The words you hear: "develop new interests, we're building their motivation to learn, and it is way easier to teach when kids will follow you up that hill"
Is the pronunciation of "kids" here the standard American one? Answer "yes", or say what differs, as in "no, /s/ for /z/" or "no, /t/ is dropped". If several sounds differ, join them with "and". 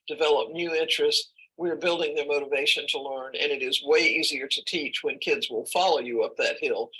yes